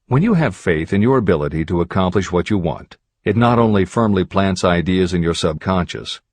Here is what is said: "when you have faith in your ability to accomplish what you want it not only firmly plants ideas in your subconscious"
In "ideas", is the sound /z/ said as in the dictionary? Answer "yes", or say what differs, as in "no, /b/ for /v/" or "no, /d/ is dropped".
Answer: yes